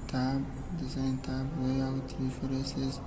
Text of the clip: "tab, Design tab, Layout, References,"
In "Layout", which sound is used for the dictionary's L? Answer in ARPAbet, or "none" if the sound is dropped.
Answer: W